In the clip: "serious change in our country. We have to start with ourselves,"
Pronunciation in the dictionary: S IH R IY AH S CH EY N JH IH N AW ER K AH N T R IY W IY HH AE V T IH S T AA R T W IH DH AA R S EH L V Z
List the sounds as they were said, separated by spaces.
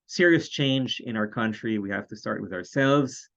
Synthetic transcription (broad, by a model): S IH R IY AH S CH EY N JH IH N AW ER K AH N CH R IY W IY HH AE F T IH S T AA R T W IH DH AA R S EH L V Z